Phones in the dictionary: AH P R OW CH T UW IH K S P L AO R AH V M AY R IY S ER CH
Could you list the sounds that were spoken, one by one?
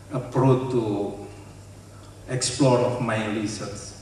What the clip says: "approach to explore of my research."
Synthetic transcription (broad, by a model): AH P R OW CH T UW IH K S P L AO R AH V M AY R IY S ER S